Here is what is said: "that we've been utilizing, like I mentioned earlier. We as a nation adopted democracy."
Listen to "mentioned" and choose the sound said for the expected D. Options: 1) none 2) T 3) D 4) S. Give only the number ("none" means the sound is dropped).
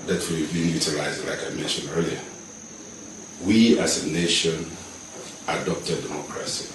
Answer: 1